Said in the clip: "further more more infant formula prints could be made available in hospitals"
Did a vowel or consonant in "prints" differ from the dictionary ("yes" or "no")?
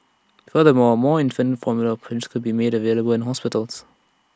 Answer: yes